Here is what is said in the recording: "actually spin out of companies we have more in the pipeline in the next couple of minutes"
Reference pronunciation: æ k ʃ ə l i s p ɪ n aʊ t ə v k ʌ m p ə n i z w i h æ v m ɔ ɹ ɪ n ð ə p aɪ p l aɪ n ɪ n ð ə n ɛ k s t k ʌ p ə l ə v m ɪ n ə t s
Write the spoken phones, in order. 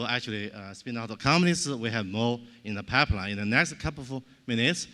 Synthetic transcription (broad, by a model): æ k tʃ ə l i s p ɪ n aʊ t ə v k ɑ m ə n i s w i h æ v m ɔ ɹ ɪ n ð ə p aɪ p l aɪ ɪ n ð ə n ɛ k s t k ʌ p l ə v m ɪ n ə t s